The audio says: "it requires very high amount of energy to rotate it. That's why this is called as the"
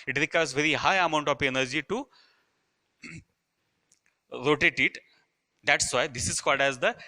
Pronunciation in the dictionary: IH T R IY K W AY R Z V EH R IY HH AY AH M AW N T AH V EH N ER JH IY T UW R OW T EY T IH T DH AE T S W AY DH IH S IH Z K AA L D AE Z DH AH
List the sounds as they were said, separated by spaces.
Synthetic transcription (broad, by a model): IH T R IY K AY R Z V EH R IY HH AY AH M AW N T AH F EH N ER JH IY T UW R OW T EY T IH T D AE T S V AY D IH S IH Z K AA D AE Z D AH